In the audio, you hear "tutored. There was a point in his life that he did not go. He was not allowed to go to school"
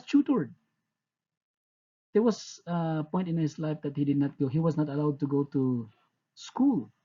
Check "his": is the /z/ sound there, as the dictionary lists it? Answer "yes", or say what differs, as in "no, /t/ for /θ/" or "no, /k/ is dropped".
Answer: no, /s/ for /z/